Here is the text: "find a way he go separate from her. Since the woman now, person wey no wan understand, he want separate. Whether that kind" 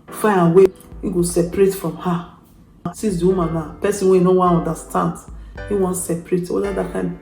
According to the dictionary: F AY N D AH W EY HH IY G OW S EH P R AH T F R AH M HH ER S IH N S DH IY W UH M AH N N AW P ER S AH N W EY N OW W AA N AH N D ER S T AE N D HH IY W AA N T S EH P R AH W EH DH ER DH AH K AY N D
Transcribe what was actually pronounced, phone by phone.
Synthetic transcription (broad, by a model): F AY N AH W EY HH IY G OW S EH P R AH T F R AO M HH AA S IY S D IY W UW M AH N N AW P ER S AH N W EY N OW W AA N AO N D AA S T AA N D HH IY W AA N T S EH P R AH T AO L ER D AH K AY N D